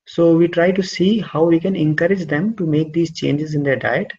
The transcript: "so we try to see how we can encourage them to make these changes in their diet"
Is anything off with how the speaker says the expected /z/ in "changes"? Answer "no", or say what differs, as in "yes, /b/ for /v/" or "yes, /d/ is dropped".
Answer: no